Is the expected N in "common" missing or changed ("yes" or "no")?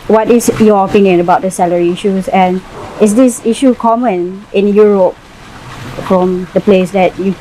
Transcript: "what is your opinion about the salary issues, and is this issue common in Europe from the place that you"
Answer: no